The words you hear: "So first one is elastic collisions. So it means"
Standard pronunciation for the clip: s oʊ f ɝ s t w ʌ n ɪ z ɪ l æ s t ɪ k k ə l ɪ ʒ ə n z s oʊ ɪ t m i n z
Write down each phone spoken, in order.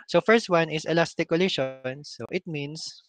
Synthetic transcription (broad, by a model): s oʊ f ɝ s t w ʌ n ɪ s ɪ l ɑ s t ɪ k k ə l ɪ ʃ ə n s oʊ ɪ t m i n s